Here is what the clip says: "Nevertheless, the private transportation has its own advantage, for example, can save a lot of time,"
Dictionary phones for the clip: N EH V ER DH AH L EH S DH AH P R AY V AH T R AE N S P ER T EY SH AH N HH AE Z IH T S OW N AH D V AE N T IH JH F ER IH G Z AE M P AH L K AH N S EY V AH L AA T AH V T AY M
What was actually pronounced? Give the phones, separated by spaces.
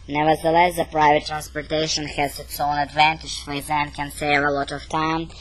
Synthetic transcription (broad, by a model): N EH V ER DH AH L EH S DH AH P R AY V AH T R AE N S P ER T EY SH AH N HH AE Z IH T S OW N AH D V AE N T IH JH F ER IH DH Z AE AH N K AH N S EY V AH L AA T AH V T AY M